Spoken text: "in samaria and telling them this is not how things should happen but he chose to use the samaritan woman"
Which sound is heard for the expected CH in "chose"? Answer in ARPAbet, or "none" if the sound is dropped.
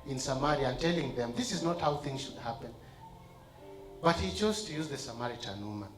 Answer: CH